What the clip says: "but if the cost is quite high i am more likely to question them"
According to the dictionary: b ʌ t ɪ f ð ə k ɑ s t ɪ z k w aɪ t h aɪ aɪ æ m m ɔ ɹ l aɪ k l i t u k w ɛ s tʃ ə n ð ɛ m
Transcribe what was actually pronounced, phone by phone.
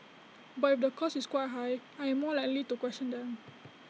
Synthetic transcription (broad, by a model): b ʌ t ɪ f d ə k ɑ s ɪ s k w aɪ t h aɪ aɪ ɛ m m ɔ l aɪ k l i t u k w ɛ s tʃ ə n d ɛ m